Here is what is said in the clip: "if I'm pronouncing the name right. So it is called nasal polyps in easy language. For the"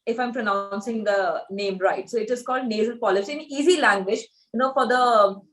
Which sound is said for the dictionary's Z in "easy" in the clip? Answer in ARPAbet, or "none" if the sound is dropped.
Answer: Z